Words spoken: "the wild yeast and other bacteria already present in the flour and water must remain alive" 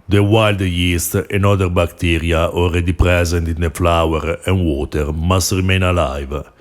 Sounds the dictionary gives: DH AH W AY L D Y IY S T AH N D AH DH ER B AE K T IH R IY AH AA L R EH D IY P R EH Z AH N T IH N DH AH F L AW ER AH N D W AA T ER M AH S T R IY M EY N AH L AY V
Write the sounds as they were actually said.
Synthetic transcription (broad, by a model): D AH W AY L D Y IY S T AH N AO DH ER B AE K T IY R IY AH AA L R EH D IY P R EH Z AH N T IH N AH F L AW ER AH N W AA T ER M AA S T R IY M EY N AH L AY V